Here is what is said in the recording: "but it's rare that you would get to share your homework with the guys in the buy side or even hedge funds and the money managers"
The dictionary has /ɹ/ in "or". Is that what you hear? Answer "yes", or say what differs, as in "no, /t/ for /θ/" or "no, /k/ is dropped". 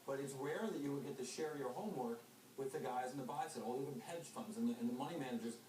no, /l/ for /ɹ/